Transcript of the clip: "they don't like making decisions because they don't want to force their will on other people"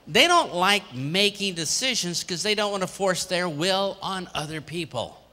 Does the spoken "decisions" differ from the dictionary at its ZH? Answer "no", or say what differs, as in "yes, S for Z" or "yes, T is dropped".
no